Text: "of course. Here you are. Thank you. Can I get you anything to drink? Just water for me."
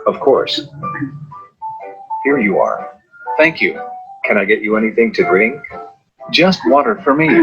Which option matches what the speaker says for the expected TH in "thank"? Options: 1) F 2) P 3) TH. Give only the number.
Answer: 3